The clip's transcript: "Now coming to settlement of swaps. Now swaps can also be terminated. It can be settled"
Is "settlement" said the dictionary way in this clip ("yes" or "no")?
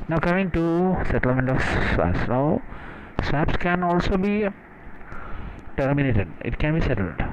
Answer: yes